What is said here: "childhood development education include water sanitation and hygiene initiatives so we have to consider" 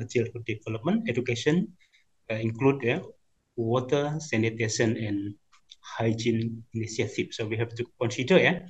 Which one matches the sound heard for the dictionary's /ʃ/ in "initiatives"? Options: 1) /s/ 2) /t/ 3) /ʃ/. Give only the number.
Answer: 1